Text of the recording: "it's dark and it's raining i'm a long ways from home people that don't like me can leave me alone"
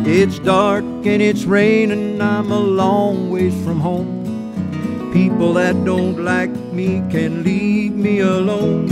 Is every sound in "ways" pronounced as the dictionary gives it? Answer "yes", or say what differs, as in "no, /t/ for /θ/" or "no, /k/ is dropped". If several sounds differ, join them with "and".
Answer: no, /z/ is dropped